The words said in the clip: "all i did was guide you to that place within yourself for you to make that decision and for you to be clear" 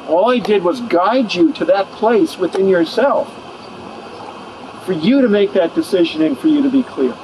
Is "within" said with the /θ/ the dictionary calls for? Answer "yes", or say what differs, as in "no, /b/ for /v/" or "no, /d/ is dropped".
yes